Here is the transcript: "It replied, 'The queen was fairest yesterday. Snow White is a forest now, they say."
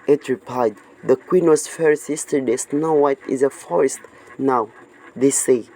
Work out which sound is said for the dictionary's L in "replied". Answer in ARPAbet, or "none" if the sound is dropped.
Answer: none